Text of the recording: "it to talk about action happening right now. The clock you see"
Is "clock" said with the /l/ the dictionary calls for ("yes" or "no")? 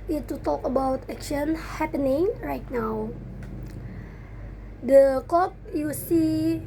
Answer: no